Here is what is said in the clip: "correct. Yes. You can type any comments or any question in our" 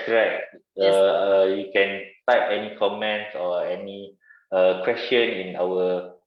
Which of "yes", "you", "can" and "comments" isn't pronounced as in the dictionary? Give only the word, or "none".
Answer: yes